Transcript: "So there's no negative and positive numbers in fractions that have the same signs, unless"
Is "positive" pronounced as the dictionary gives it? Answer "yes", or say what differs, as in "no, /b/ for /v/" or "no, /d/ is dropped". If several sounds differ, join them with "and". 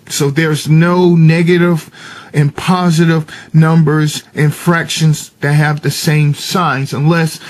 yes